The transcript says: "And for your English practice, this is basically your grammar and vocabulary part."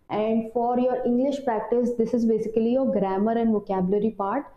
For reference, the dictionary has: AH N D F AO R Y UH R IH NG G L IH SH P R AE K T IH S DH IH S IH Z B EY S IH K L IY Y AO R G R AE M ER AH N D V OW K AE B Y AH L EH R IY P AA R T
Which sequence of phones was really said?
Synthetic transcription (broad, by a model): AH N D F AO R Y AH R IH NG G L IH SH P R AE K T IH S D IH S IH Z B EY S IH K L IY Y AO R G R AE M ER AH N D V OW K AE B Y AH L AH R IY P AA R T